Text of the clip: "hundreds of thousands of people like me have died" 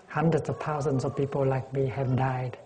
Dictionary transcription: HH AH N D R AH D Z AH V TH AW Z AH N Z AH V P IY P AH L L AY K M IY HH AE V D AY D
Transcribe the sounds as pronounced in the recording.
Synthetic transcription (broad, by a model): HH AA N D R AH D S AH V T AW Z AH N S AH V P IY P AH L L AY K M IY HH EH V D AY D